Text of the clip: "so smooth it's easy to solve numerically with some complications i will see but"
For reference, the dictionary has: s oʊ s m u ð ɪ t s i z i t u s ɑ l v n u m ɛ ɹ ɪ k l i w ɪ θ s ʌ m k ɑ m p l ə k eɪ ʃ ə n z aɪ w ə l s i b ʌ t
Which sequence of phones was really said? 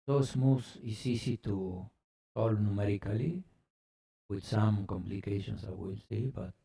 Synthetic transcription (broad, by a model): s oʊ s m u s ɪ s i s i t u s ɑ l n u m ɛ ɹ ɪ k l i w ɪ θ s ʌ m k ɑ m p l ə k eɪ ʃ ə n s aɪ w ə l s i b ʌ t